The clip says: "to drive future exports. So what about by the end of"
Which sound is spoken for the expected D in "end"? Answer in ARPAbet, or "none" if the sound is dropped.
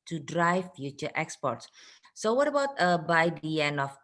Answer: none